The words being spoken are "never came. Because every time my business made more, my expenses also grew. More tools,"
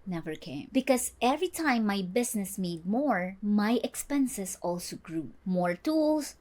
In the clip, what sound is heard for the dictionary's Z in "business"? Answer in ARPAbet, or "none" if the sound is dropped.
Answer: S